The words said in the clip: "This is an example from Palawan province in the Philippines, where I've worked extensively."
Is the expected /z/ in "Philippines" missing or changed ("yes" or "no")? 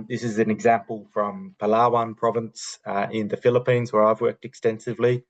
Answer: no